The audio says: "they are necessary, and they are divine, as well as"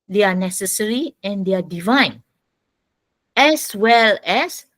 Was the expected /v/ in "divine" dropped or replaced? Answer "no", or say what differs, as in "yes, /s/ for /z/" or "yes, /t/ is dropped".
no